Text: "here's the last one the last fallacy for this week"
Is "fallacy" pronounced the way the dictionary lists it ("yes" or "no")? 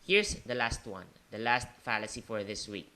yes